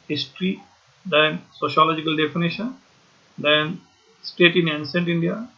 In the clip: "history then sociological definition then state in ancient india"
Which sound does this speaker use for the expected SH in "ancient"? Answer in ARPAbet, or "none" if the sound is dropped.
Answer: S